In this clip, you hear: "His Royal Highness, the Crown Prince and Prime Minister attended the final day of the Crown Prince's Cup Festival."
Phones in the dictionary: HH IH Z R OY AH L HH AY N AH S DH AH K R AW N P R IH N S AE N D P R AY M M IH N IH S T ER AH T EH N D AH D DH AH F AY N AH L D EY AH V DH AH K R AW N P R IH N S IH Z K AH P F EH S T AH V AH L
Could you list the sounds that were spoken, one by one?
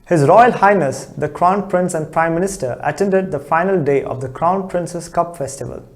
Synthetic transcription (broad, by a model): HH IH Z R OY AH L HH AY N AH S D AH K R AW N P R IH N S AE N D P R AY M M IH N IH S T ER AH T EH N D AH D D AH F AY N AH L D EY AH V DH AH K R AW N P R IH N S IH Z K AH P F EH S T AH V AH L